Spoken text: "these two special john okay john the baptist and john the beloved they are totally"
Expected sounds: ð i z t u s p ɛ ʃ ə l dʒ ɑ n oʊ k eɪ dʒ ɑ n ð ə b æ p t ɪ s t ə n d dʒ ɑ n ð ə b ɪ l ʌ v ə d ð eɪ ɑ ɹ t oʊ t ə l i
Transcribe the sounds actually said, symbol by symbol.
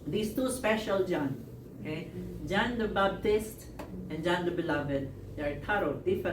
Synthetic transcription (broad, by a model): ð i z t u s p ɛ ʃ ə l dʒ ɑ n oʊ k eɪ dʒ ɑ n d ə b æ b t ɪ s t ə n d dʒ ɑ n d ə b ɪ l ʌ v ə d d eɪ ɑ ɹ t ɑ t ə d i